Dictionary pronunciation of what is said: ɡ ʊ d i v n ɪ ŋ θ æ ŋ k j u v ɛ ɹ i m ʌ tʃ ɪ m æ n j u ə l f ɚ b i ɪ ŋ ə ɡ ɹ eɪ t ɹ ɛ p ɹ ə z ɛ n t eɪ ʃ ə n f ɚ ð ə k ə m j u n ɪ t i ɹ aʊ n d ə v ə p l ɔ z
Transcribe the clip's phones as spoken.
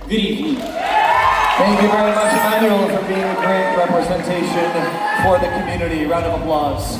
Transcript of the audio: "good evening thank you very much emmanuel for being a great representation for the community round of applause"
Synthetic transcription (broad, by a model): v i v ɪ θ æ ŋ k j u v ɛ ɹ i m ʌ tʃ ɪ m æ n j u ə l f ɚ b i ɪ ŋ ə ɡ ɹ eɪ t ɹ ɛ p ɹ ə z ɛ n t eɪ ʃ ə n f ɚ ð ə k ə m j u n ɪ t i ɹ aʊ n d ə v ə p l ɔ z